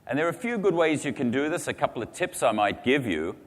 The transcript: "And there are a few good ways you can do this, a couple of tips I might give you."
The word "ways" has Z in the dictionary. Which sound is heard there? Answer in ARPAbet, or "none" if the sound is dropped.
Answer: Z